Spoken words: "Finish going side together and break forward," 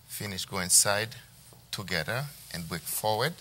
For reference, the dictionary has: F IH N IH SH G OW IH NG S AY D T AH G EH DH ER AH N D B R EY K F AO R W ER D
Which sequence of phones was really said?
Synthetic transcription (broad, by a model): F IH N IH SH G OW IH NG S AY D T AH G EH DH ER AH N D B EY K F AO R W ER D